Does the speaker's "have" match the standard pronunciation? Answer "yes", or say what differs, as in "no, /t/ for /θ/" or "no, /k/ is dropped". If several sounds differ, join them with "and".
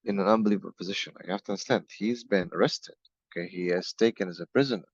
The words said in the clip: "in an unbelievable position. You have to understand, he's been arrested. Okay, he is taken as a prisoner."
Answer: no, /f/ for /v/